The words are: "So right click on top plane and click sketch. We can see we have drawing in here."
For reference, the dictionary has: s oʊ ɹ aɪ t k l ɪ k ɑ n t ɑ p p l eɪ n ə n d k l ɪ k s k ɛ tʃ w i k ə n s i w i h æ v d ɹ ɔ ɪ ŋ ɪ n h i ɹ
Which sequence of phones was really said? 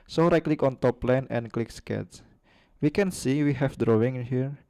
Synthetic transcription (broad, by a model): s oʊ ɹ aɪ k l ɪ k ɑ n t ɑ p p l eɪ n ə n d k l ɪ k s k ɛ s w i k ə n s i w i h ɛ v d ɹ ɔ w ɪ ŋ h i ɹ